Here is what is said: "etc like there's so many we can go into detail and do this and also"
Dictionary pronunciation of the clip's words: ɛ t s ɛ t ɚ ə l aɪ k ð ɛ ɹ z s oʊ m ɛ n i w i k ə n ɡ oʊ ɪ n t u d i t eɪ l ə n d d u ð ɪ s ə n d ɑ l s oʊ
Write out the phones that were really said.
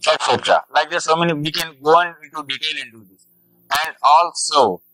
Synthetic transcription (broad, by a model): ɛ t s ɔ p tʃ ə l aɪ k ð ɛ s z s oʊ m ɛ n i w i k ə n ɡ oʊ ɪ n t u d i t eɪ n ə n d d u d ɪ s ə n d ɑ l s oʊ